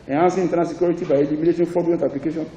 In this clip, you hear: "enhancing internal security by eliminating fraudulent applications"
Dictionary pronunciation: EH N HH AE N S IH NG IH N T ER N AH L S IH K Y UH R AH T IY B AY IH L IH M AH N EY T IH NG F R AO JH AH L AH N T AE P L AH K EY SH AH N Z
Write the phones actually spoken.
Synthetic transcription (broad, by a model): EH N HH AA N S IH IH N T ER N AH S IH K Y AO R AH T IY B AY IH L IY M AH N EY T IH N F AO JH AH AH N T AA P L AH K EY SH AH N